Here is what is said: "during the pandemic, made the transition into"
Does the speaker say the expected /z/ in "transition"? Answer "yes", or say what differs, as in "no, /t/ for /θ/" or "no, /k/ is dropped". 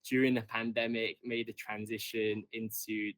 yes